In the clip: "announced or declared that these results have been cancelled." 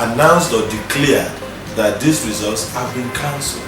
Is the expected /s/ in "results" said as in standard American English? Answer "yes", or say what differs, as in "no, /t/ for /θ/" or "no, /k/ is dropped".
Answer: yes